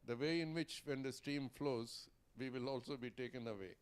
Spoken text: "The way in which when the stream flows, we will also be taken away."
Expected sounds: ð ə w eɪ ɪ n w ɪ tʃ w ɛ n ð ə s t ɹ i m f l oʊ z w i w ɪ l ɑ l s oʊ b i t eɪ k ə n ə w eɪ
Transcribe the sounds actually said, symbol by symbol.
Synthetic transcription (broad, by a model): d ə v eɪ ɪ n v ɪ tʃ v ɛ n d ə s t i m f l oʊ z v i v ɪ l ɑ l s oʊ b i t eɪ k ə n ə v eɪ